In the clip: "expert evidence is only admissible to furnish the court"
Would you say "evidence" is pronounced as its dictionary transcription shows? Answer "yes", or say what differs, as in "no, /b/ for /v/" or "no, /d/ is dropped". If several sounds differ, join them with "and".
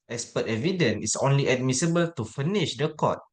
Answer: no, /s/ is dropped